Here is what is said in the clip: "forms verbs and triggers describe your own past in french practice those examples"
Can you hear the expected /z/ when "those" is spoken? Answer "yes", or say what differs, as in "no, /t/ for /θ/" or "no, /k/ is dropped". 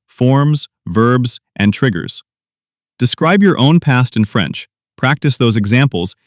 yes